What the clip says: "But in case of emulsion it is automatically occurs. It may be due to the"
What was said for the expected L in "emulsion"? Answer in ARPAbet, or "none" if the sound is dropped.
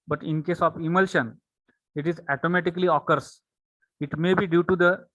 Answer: L